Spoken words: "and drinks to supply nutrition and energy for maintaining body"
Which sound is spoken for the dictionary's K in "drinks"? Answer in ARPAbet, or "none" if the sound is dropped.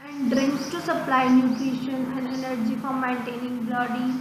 K